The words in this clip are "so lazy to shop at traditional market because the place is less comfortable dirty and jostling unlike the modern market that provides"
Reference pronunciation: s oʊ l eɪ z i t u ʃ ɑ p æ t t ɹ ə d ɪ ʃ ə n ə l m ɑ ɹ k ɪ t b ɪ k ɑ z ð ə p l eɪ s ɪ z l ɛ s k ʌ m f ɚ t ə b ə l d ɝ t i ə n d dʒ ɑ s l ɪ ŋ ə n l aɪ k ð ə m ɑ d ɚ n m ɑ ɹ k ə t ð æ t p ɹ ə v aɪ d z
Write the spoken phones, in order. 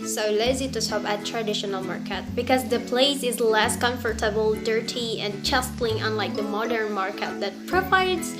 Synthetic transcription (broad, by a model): s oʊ l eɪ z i t u s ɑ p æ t t ɹ ə d ɪ ʃ ə n ə l m ɑ ɹ k ɪ t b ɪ k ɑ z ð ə p l eɪ s ɪ z l ɛ s k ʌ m f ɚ t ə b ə l d ɝ t i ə n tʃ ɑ s l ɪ ŋ ə n l aɪ k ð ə m ɑ d ɚ n m ɑ ɹ k ə t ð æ t p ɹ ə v aɪ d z